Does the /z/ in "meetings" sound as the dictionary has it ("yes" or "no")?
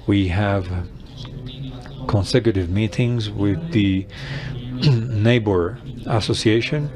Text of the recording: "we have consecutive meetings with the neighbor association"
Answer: yes